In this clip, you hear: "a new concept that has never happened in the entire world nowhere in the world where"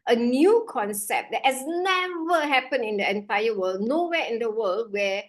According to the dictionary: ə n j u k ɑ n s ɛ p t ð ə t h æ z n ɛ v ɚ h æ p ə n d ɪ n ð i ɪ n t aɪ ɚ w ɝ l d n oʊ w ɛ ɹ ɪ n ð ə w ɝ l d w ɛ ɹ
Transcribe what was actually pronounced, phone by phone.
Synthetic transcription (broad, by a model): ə n j u k ɑ n s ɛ p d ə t h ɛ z n ɛ v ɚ h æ p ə n ɪ n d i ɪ n t aɪ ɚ w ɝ l d n oʊ w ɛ ɪ n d ə w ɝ l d w ɛ